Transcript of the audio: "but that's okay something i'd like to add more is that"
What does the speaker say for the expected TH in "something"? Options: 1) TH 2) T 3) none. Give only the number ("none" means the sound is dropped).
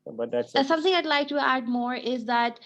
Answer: 2